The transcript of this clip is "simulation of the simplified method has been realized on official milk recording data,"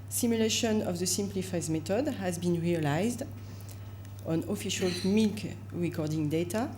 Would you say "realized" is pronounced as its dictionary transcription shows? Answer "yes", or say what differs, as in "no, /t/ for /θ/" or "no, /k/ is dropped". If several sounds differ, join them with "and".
yes